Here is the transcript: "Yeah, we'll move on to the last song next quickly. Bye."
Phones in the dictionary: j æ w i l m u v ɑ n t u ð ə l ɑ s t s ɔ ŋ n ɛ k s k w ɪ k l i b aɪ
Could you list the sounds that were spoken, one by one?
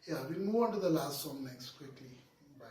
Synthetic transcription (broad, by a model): j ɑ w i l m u ɑ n t u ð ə l ɑ s t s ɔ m n ɛ k s k w ɪ k l i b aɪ